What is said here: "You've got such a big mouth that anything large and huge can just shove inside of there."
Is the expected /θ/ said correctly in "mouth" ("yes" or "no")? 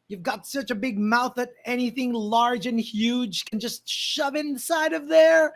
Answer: yes